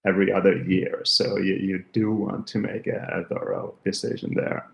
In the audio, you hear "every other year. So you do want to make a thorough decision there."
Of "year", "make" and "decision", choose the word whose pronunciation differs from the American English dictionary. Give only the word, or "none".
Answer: none